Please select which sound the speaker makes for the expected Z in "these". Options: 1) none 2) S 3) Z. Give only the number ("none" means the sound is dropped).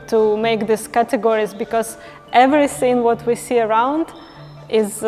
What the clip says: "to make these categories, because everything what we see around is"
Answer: 2